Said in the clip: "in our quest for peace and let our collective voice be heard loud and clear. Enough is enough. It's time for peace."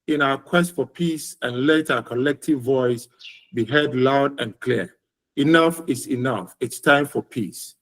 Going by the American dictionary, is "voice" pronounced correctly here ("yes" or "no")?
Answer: yes